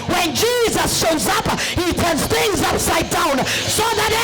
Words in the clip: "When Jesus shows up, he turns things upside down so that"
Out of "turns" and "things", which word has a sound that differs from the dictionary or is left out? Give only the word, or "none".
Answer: none